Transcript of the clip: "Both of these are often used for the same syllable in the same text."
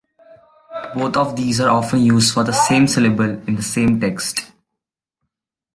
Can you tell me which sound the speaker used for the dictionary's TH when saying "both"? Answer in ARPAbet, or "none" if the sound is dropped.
T